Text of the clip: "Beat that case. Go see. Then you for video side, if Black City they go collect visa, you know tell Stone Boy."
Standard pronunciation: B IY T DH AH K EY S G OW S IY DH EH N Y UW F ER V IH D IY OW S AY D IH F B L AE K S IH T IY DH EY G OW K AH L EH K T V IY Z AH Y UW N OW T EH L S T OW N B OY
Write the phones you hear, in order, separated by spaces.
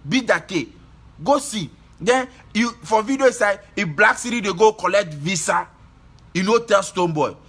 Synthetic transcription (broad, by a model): B IY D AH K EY G OW S IY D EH N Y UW F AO V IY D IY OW S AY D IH B L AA K S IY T IY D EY G OW K AH L EH K T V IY S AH Y UW N OW T EH L S T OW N B OY